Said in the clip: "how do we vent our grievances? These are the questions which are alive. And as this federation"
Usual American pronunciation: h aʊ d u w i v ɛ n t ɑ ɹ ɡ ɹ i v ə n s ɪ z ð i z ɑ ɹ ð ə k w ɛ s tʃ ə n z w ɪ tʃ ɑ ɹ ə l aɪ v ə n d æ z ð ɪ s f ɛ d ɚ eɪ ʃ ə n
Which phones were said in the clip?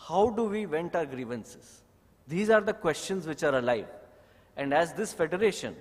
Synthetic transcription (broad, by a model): h aʊ d u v i v ɛ n t ɑ ɹ ɡ ɹ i v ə n s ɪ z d i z ɑ ɹ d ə k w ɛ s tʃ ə n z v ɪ tʃ ɑ ɹ ə l aɪ v ə n d æ z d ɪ s f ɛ d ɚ eɪ ʃ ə n